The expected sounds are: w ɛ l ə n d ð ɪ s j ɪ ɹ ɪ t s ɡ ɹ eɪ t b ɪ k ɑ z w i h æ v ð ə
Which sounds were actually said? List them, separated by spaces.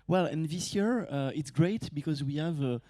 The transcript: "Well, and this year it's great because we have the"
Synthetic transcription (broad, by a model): w ɛ l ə n ð ɪ s j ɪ ɹ ɪ t s ɡ ɹ eɪ t b ɪ k ɑ z w i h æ v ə